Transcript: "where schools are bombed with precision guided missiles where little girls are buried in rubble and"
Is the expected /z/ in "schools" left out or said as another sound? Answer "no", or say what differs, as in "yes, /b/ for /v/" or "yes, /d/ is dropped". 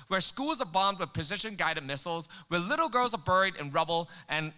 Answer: no